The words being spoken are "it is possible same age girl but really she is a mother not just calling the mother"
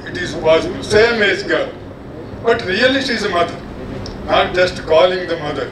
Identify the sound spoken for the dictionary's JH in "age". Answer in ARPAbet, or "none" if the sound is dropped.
Z